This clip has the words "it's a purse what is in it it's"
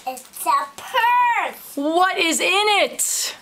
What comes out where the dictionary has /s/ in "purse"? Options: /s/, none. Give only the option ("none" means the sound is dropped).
none